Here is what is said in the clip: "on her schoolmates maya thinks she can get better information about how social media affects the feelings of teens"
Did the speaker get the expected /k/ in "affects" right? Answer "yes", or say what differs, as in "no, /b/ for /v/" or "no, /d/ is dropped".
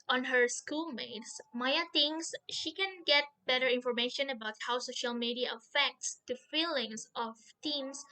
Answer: yes